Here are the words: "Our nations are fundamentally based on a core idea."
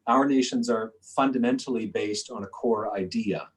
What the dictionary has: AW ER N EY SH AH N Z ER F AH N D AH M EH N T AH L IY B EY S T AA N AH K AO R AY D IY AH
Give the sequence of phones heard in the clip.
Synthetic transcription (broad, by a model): AW ER N EY SH AH N Z ER F AH N D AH M EH N T L IY B EY S T N AH K AO R AY D IY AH